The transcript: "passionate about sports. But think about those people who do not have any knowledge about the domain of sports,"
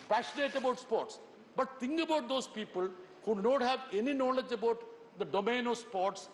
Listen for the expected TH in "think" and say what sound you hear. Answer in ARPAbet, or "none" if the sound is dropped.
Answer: T